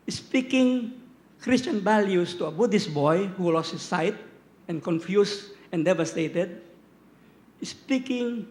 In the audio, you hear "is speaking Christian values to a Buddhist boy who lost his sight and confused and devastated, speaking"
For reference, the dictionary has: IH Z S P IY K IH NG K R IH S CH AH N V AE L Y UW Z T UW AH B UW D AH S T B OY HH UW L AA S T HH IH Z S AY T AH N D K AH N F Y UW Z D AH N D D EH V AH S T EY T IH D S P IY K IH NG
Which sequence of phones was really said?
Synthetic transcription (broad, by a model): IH S P IY K IH NG K R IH S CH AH N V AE L Y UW S T UW AH B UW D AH S B OY HH UW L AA S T HH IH S AY T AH N K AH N F Y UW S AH N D D EH V AH S T EY T IH D S P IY K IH NG